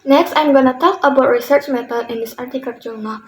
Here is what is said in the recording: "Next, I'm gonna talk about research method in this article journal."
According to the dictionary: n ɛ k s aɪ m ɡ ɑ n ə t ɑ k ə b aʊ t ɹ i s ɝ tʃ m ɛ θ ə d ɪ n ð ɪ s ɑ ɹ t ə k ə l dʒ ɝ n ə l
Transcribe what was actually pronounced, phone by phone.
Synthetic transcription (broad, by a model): n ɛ k s aɪ m ɡ ɑ n ə t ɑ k ə b aʊ t ɹ i s ɝ tʃ m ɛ t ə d ɪ n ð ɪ s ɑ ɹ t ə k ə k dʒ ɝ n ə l